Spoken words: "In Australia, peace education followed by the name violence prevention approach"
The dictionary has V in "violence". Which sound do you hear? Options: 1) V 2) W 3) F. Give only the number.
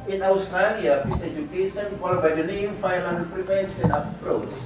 3